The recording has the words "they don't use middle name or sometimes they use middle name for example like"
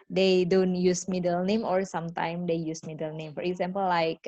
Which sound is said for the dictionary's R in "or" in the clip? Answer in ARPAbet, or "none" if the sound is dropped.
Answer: R